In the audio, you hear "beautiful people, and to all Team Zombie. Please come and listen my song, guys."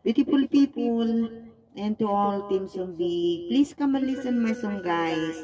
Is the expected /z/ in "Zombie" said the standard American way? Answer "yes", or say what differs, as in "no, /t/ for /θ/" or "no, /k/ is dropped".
no, /s/ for /z/